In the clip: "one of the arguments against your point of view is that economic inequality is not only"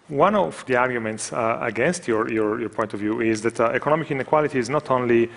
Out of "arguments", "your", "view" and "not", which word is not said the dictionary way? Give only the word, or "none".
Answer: none